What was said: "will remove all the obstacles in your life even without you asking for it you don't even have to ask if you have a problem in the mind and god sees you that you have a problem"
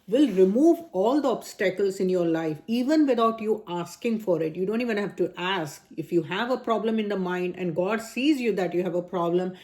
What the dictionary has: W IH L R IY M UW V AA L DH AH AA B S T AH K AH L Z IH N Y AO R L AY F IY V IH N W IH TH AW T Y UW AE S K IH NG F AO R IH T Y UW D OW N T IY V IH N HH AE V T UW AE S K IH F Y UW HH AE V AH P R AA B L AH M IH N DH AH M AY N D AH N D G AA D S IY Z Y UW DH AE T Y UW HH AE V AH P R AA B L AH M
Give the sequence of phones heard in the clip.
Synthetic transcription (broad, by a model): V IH L R IY M UW V AA L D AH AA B S T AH K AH L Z IH N Y AO R L AY F IY V IH N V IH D AW T Y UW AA S K IH NG F AO R IH T Y UW D OW N T IY V IH N HH AE V T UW AE S K IH F Y UW HH AE V AH P R AA B L AH M IH N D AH M AY N D AH N D G AA D S IY Z Y UW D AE T Y UW HH AE V AH P R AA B L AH M